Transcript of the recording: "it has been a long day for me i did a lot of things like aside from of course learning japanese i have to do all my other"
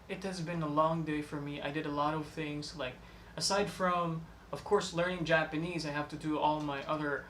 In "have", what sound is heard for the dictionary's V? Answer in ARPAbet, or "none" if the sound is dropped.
F